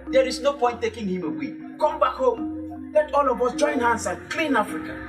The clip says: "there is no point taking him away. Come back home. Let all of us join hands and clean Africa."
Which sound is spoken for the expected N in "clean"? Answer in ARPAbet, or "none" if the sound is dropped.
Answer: N